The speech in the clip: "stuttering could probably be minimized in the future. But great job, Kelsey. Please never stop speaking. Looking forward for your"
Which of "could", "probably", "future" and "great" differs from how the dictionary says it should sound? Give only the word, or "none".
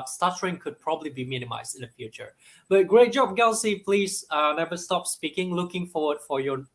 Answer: none